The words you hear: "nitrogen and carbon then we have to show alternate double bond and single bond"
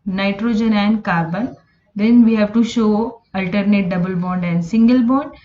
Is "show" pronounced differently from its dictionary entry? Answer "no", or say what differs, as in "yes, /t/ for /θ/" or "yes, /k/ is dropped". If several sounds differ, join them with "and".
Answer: no